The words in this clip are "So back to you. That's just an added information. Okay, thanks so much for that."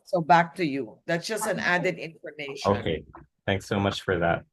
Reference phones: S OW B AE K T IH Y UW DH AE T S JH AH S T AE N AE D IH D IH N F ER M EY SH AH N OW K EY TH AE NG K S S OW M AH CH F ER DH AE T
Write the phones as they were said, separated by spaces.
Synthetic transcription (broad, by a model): S OW B AE K T IH Y UW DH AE T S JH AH S T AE N AE D IH D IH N F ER M EY AH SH OW K EY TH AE NG K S S OW M AH CH F ER DH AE T